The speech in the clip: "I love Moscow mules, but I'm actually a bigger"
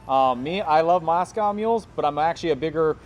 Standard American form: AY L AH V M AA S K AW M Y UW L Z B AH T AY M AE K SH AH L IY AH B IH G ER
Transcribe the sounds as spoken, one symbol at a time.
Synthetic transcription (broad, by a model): AY L AH V M AA S K AW M Y UW L Z B AH T AY M AE K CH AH L IY AH B IH G ER